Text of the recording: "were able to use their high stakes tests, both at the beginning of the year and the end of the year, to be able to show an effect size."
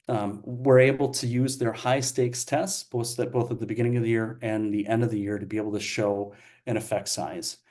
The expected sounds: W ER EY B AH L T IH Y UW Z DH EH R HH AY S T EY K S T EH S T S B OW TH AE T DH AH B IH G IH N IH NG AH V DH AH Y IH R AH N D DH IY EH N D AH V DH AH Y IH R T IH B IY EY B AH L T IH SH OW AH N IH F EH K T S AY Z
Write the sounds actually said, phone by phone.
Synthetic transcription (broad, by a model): W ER EY B L T IH Y UW Z DH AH R HH AY S T EY K S T EH S T S B OW TH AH T DH AH B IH G IH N IH NG AH V DH AH Y IH R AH N DH IY EH N D AH V DH AH Y IH R T IH B IY EY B L T IH SH OW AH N IH F EH K T S AY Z